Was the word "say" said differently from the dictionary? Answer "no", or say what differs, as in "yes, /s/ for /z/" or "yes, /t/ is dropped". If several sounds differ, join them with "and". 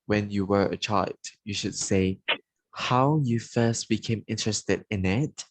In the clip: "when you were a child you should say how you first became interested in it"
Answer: no